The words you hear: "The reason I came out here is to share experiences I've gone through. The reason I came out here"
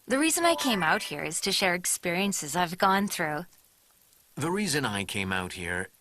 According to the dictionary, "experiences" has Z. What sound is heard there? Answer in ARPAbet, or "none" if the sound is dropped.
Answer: Z